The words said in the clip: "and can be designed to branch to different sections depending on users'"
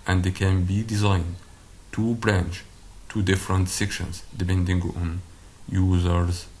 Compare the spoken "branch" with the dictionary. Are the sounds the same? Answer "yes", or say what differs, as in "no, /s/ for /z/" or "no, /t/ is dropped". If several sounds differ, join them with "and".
yes